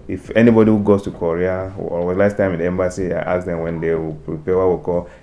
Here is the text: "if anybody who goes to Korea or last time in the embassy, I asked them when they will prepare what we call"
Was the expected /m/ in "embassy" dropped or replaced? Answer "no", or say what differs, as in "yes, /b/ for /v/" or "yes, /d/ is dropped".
no